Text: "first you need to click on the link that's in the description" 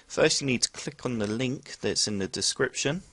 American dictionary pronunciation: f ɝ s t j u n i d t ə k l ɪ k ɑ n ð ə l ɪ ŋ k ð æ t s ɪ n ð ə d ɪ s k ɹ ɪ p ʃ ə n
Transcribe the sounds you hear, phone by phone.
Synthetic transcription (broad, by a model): f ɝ s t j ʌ n i d t ə k l ɪ k n ð ə l ɪ ŋ k ð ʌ t s ɪ n ð ə d ɪ s k ɹ ɪ p ʃ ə n